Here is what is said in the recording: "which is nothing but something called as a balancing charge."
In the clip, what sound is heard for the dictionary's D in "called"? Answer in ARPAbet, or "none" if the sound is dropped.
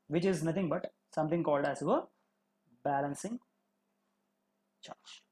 D